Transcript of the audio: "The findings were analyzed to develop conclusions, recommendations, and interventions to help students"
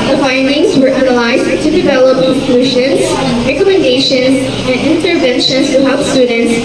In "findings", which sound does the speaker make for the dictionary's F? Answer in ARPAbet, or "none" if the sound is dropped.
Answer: F